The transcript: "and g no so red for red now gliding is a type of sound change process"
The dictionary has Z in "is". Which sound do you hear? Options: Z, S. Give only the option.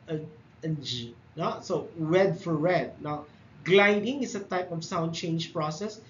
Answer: S